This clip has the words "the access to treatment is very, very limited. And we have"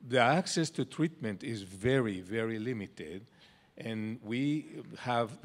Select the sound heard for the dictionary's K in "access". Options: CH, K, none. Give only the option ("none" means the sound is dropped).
K